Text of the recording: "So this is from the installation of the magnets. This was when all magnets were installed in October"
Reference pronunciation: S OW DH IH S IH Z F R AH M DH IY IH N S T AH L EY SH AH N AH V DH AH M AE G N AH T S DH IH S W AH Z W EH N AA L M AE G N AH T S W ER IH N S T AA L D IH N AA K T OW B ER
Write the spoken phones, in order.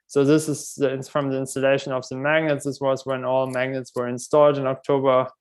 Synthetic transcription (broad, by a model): S OW DH IH S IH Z F R AH M DH IY IH N S T AH L EY SH AH N AH V DH AH M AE G N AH T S DH IH S W AH Z W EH N AA L M AE G N AH T S W ER IH N S T AA L D IH N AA K T OW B ER